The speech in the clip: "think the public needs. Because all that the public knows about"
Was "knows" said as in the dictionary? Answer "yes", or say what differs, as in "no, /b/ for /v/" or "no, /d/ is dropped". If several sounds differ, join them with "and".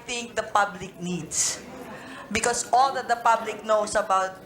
no, /s/ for /z/